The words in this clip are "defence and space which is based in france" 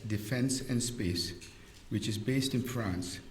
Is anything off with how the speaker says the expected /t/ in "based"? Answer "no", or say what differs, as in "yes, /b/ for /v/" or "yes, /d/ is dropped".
no